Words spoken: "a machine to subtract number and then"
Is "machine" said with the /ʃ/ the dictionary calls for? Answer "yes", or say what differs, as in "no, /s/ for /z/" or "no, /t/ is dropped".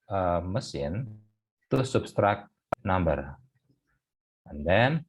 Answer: no, /s/ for /ʃ/